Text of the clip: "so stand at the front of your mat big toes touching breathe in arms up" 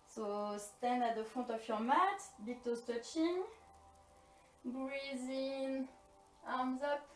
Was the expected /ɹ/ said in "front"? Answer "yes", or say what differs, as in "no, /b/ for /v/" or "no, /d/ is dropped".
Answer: no, /ɹ/ is dropped